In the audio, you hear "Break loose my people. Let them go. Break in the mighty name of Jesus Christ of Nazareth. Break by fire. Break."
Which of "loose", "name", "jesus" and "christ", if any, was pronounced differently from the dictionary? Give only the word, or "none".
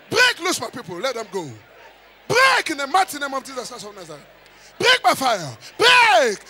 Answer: christ